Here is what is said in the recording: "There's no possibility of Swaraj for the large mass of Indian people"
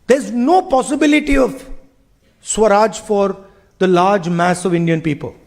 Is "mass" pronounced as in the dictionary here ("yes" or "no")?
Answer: yes